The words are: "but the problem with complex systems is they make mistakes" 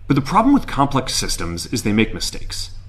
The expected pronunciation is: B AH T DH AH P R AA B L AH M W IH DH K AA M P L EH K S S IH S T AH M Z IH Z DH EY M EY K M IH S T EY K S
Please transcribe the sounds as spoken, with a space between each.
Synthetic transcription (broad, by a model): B AH T DH AH P R AA B L AH M W IH DH K AA M P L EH K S S IH S T AH M Z IH Z DH EY M EY K M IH S T EY K S